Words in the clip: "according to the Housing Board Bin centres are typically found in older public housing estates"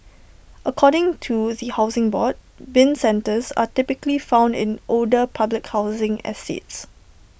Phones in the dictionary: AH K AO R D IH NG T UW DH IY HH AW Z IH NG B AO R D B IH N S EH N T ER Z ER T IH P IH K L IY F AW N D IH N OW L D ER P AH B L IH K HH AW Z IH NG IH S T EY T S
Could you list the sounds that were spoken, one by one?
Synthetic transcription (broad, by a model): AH K AO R D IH NG T UW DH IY HH AW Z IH NG B AO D B IH N S EH N T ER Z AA T IH P IH K L IY F AW N D IH N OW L D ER P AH B L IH K HH AW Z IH NG IH S T EY T S